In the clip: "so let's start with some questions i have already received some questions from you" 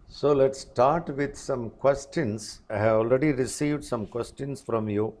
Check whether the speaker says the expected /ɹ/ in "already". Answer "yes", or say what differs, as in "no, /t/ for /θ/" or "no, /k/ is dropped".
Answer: yes